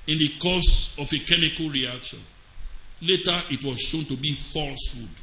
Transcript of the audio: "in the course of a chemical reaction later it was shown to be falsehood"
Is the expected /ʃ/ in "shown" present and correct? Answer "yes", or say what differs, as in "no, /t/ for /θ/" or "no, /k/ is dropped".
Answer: yes